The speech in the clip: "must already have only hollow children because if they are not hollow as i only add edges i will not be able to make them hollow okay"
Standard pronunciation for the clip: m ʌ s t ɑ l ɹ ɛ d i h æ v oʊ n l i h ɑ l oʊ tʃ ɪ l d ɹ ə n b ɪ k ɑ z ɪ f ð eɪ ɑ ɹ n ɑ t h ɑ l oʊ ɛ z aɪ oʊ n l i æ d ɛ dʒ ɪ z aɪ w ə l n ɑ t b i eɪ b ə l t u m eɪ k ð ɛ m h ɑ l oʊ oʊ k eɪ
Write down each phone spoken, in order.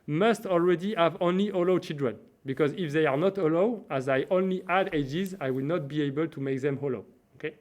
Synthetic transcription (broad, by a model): m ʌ s t ɑ l ɹ ɛ d i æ v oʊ n l i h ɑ l oʊ tʃ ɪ l d ɹ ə n b ɪ k ɑ z ɪ f ð eɪ ɑ ɹ n ɑ t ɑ l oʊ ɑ z aɪ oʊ n l i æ d ɛ dʒ ɪ z aɪ w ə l n ɑ t b i eɪ b ə l t u m eɪ k ð ɛ m h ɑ l oʊ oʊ k eɪ